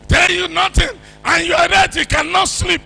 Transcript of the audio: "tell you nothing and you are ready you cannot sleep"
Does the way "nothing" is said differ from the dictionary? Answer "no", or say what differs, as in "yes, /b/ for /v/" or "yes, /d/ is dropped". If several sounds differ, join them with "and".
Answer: yes, /t/ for /θ/